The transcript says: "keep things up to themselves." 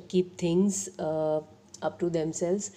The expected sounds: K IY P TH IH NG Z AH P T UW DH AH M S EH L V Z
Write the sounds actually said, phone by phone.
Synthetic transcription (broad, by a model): K IY P T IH NG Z AH P T UW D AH M S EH L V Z